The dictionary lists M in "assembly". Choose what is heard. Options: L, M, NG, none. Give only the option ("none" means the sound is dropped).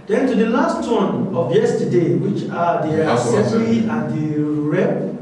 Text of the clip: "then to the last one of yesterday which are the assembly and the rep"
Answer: none